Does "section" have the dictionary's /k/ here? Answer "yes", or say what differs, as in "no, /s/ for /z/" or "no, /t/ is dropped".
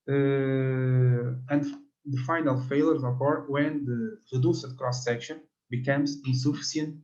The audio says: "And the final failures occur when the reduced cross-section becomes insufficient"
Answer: yes